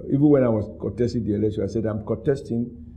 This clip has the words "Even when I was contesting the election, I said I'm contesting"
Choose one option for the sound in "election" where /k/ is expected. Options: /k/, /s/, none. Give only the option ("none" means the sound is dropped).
none